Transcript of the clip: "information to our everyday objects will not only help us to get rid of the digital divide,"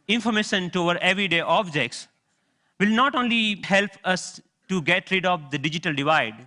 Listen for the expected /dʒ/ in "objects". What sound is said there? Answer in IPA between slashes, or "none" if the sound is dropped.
/dʒ/